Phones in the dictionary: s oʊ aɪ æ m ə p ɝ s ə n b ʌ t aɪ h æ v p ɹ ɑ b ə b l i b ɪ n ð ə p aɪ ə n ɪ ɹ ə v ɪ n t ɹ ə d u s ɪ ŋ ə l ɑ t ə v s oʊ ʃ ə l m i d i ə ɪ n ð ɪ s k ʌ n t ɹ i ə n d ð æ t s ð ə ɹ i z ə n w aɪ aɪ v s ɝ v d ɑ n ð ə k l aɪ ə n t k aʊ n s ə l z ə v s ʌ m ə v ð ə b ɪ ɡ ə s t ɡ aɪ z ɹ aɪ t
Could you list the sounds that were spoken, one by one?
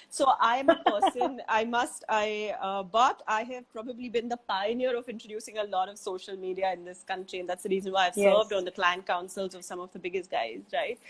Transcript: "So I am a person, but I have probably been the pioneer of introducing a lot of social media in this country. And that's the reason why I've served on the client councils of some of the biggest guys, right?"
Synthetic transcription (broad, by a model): s oʊ aɪ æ m ə p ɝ s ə n b ʌ t aɪ h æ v p ɹ ɑ b ə b l i b ɪ n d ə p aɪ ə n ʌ ɹ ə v ɪ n t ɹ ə d u s ɪ ŋ ə l ɑ t ə v s oʊ ʃ ə l m i d i ə ɪ n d ɪ s k ʌ n t ɹ i ə n d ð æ t s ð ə ɹ i z ə n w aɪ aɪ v s ɝ v d ɑ n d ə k l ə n k aʊ n s ə l z ə v s ʌ m ə v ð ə b ɪ ɡ ə s t ɡ aɪ z ɹ aɪ t